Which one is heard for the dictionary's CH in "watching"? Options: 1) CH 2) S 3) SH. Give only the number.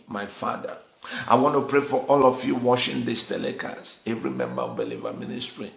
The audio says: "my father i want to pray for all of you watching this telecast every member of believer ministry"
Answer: 3